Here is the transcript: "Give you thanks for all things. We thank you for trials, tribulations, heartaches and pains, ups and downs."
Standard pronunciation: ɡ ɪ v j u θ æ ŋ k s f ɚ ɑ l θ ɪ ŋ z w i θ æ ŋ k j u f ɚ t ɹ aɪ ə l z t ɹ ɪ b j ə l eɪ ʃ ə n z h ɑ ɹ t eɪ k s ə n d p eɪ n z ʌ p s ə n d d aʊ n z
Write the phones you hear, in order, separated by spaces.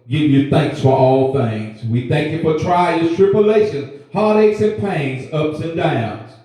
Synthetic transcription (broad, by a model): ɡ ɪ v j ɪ θ æ ŋ k s f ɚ ɑ l θ ɪ ŋ z w i θ æ ŋ k j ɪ f ɚ t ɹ aɪ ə z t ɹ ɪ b j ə l eɪ ʃ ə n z h ɑ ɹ t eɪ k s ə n p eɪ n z ʌ p s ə n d d aʊ n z